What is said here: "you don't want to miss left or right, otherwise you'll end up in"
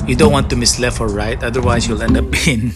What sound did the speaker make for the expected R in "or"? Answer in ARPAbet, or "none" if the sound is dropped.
L